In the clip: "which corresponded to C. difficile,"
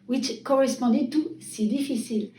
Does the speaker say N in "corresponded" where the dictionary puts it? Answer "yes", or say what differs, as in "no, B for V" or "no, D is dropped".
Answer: no, N is dropped